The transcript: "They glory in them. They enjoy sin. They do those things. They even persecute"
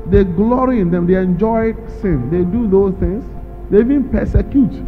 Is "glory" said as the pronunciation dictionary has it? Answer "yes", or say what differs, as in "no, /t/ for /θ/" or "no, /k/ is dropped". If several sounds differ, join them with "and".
yes